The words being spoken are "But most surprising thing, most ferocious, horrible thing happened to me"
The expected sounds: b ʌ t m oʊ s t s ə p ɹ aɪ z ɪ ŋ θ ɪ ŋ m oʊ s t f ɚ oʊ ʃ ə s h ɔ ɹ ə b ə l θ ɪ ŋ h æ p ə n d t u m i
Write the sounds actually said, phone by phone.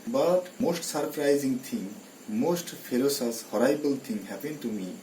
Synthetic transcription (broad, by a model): b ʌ t m oʊ s t s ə p ɹ aɪ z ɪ ŋ t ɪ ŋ m oʊ s t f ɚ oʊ s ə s h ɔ ɹ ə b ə l t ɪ ŋ h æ p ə n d t u m i